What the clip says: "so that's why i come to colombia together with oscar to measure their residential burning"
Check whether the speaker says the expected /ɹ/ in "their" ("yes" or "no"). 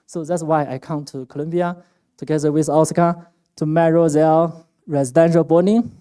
no